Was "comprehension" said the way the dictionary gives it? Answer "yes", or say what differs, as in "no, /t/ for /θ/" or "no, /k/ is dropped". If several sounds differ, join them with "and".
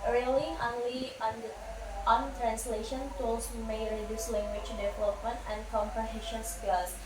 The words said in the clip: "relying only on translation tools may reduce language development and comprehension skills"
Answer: yes